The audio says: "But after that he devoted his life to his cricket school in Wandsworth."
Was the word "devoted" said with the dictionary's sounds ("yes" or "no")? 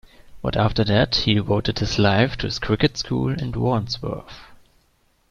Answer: no